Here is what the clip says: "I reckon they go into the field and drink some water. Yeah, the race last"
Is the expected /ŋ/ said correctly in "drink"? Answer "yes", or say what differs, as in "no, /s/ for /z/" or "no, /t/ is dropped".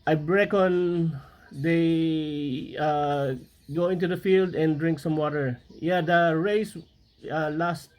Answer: yes